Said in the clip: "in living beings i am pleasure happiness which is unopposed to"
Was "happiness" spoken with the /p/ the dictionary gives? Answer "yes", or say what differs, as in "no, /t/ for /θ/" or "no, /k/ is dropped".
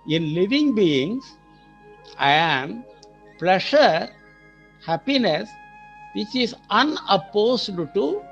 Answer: yes